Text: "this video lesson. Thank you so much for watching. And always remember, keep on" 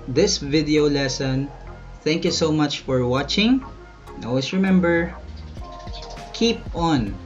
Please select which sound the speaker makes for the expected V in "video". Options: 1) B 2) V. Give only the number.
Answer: 2